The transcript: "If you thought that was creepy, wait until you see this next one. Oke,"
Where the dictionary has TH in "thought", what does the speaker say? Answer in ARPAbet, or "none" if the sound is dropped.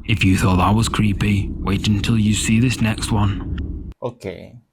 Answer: TH